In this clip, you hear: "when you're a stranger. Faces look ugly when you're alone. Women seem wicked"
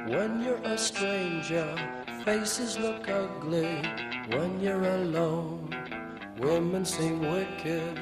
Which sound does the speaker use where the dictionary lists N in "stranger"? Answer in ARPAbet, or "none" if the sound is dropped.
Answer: N